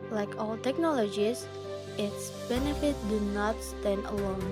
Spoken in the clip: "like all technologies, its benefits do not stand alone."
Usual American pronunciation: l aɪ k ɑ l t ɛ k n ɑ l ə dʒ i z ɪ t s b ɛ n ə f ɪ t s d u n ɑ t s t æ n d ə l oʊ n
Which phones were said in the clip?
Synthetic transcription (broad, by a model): l aɪ k ɑ l t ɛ k n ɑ l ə dʒ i s ɪ t s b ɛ n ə f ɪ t d u n ɑ t s t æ n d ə l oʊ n